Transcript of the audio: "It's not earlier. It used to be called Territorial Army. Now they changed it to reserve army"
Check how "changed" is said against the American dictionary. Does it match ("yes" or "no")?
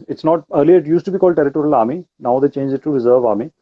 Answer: no